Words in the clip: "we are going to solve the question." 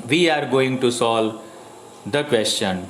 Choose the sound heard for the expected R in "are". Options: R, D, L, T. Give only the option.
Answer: R